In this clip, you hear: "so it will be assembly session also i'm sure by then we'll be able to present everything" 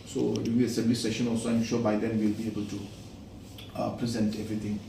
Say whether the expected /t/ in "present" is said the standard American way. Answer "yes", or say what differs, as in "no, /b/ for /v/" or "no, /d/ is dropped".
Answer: yes